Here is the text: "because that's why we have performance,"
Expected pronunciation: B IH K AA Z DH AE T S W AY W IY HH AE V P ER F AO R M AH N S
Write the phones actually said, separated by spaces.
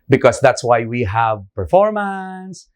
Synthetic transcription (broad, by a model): B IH K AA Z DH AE T S W AY W IY HH AE V P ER F AO R M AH N S